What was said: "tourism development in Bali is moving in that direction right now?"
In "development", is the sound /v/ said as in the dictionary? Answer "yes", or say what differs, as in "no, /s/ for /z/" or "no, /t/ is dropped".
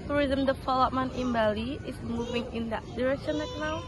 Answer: no, /f/ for /v/